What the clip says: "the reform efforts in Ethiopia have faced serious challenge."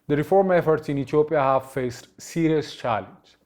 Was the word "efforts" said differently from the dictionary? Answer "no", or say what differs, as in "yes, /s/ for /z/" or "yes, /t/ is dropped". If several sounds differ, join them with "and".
no